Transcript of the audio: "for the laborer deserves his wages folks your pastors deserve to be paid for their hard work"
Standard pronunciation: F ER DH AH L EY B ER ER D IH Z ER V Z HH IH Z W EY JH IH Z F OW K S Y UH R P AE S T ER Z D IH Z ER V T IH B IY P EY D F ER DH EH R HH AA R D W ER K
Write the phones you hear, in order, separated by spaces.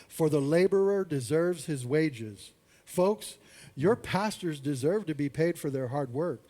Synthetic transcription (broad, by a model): F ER DH AH L EY B ER ER D IH Z ER V Z HH IH Z W EY JH IH Z F OW K S Y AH R P AE S T ER Z D IH Z ER V T IH B IY P EY D F ER DH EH R HH AA R D W ER K